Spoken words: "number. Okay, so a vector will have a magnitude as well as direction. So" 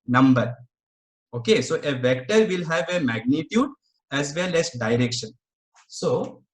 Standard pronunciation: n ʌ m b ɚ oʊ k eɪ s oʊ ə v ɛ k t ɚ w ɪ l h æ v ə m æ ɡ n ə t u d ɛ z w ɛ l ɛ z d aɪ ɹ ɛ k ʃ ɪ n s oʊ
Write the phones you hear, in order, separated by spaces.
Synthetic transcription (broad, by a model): n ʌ m b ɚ oʊ k eɪ s oʊ ə v ɛ k t ɚ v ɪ l h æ v ə m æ ɡ n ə t u d ɛ z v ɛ l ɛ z d aɪ ɹ ɛ k ʃ ɪ n s oʊ